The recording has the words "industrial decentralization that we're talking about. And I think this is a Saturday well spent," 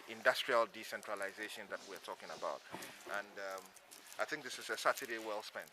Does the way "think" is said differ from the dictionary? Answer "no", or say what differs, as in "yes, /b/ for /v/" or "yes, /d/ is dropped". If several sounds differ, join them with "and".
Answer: no